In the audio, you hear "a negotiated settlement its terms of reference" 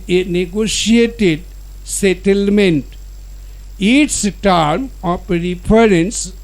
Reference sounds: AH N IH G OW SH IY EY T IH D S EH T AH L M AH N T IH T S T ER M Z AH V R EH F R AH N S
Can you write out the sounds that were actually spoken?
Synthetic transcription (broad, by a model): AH N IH G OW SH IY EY T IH D S EH T AH L M AH N T IH T S T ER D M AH P R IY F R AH N S